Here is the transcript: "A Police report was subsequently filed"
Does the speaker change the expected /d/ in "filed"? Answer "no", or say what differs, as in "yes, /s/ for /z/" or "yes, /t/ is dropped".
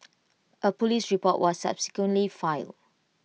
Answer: yes, /d/ is dropped